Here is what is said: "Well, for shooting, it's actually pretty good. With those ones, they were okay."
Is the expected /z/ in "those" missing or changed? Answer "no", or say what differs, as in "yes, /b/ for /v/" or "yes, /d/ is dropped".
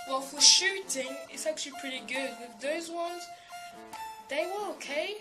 no